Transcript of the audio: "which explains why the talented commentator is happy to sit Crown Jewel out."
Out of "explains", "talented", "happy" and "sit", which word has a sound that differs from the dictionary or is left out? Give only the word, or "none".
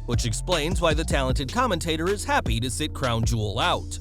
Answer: none